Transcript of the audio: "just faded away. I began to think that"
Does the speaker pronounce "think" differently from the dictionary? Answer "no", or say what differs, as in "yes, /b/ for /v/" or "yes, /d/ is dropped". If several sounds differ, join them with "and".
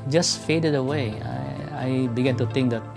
yes, /t/ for /θ/